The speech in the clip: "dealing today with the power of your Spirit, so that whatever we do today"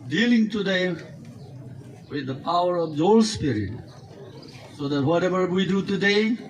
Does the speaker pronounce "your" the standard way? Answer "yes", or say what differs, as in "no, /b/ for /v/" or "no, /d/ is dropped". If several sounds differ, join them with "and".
no, /l/ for /ɹ/